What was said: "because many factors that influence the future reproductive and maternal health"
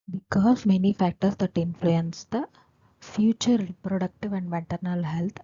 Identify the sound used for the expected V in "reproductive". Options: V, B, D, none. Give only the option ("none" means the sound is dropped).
V